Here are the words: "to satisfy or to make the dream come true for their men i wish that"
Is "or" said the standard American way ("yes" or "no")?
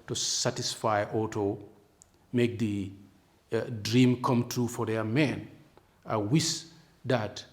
no